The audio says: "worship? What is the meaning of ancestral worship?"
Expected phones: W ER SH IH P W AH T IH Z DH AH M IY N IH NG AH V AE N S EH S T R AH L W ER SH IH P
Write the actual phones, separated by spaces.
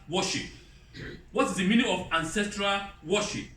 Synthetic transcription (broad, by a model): W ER SH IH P W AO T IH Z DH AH M IY N IH NG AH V AE N S EH S T R AH L W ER SH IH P